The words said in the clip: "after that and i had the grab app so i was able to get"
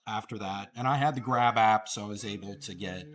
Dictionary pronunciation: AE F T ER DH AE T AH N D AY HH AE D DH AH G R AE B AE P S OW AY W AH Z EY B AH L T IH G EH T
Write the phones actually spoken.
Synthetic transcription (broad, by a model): AE F T ER DH AE T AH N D AY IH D DH AH G R AE B AE P S OW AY W AH Z EY B L T IH G EH T